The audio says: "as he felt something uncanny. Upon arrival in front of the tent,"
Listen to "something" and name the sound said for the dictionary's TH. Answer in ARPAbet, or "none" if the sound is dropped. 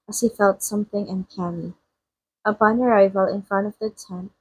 TH